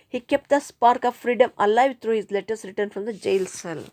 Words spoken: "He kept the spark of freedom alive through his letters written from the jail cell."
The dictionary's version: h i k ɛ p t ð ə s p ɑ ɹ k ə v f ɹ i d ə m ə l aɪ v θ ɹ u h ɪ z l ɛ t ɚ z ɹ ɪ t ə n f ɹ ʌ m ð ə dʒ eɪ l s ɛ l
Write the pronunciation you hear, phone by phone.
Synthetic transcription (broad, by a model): h i k ɛ p t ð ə s p ɑ ɹ k ə v f ɹ i d ə m ə l aɪ v t ɹ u h ɪ z l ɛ t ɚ s ɹ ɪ t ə n f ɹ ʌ m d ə dʒ eɪ l s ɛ l